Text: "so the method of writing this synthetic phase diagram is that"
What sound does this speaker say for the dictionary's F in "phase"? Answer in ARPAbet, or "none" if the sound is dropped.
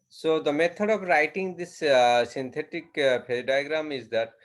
P